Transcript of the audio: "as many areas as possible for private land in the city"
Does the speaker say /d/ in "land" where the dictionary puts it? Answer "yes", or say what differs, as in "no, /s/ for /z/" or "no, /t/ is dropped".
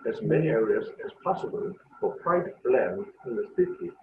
no, /d/ is dropped